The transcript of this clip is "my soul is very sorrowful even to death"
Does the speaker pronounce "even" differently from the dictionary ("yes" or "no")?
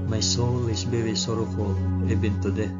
yes